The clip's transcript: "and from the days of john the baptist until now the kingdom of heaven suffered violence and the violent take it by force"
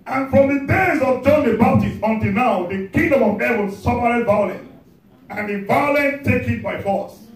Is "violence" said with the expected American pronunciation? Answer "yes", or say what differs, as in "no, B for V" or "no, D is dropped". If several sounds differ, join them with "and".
no, S is dropped